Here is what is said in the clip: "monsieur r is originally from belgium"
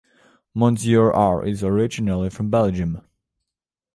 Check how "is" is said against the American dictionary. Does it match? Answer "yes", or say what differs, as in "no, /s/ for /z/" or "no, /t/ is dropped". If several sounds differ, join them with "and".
yes